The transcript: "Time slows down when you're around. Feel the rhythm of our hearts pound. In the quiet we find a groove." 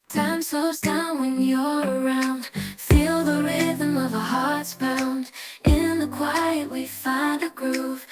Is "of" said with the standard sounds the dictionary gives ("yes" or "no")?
yes